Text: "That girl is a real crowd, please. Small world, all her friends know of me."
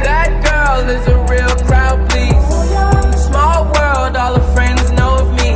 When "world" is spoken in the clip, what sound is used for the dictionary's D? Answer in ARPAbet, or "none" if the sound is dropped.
D